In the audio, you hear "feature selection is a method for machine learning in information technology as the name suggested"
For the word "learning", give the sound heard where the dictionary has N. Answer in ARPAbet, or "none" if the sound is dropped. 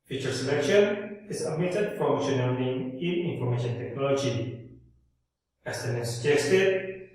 L